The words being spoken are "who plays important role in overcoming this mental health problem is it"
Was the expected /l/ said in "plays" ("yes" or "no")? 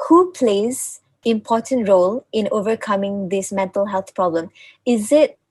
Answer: yes